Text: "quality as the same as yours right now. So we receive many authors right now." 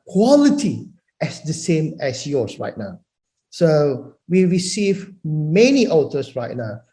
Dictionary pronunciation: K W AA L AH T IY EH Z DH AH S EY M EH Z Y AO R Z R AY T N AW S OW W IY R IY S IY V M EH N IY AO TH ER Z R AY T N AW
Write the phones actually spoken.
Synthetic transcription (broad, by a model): K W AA L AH T IY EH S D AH S EY M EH S Y AO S R AY T N AW S OW W IY R IY S IY V M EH N IY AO T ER S R AY T N AW